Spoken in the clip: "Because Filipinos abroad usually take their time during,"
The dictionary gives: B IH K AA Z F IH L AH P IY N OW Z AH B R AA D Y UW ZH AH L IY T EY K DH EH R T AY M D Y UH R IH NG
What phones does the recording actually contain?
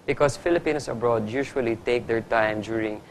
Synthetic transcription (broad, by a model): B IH K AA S F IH L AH P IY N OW S AH B R AA D Y UW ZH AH L IY T EY K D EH R T AY M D Y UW R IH NG